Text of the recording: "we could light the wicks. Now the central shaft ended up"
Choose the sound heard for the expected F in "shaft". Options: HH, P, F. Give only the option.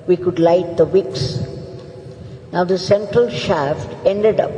F